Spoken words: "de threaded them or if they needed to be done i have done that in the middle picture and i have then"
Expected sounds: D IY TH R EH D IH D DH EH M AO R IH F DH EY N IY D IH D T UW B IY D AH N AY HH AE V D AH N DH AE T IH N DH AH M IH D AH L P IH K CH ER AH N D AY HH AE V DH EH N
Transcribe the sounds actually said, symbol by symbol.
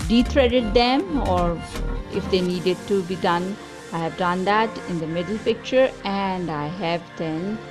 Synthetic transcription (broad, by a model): D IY T R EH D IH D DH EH M AO R IH F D EY N IY D IH D T UW B IY D AH N AY HH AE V D AH N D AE T IH N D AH M IH D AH L P IH K CH ER AH N D AY HH AE V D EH N